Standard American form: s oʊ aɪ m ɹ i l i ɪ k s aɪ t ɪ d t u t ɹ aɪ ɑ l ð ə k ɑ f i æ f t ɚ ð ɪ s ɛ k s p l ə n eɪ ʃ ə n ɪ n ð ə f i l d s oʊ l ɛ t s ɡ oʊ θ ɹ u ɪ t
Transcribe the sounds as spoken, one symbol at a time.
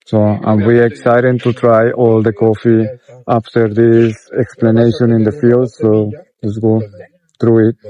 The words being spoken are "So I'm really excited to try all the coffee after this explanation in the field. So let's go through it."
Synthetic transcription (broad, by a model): s oʊ aɪ m w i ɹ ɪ k s aɪ t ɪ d t u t ɹ aɪ ɑ l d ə k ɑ f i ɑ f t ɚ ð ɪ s ɛ k s p l ə n eɪ ʃ ə n ɪ n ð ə f i l d s oʊ l ɛ t s ɡ oʊ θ ɹ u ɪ t